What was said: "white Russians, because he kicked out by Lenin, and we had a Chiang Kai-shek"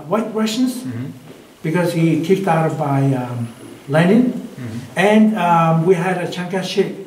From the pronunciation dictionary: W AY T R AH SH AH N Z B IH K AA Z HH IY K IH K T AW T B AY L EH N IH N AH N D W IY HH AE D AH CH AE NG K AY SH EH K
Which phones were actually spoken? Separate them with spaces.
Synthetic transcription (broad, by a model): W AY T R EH S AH N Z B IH K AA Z HH IY K IH K T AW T B AY L EH N IH N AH N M W IY HH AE D AH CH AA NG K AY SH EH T